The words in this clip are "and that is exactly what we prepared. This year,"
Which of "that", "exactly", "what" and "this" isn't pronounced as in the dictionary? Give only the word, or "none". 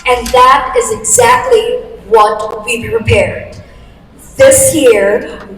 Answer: none